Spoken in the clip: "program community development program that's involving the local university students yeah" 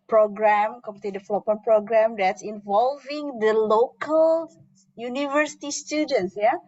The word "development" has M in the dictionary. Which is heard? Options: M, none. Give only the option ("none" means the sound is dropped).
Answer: none